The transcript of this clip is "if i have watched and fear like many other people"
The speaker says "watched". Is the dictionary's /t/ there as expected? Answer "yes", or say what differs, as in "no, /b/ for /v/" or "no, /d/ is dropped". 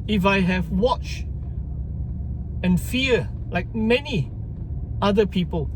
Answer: no, /t/ is dropped